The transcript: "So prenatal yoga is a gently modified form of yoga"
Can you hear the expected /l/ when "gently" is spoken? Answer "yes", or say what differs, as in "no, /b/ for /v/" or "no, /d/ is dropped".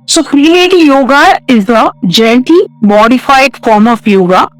no, /l/ is dropped